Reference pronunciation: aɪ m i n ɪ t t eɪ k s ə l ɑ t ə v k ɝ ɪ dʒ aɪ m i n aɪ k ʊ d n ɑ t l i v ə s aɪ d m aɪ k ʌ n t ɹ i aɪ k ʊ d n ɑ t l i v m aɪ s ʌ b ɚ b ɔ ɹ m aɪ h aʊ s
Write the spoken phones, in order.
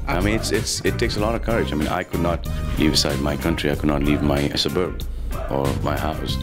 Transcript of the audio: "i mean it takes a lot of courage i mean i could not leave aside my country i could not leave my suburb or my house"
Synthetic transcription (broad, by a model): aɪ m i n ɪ t t eɪ k s ə l ɑ t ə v k ɝ ɪ dʒ aɪ m i n aɪ k ʊ d n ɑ t l i v ə s aɪ d m aɪ k ʌ n t ɹ i aɪ k ʊ d n ɑ t l i v m aɪ s ʌ b ɚ b ɔ ɹ m aɪ h aʊ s